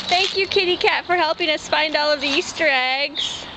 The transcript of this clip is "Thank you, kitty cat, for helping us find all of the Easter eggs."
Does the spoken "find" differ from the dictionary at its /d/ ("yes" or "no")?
no